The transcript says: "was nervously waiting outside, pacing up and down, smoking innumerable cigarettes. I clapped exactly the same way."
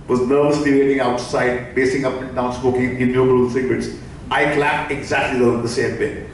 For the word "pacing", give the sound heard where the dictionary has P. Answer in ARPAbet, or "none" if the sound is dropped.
B